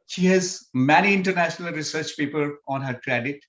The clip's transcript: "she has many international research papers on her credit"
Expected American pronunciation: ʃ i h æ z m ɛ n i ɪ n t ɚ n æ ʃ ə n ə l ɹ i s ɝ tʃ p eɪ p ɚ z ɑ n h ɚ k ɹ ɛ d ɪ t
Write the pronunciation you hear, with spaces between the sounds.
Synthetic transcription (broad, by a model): ʃ i h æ z m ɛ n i ɪ n t ɚ n æ ʃ ə n ə l ɹ i s ɝ tʃ p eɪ p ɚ ɑ n h ɚ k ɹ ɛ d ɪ t